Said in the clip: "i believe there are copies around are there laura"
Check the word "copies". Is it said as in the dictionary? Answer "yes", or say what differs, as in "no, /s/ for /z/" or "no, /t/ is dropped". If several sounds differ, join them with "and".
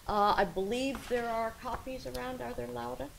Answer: yes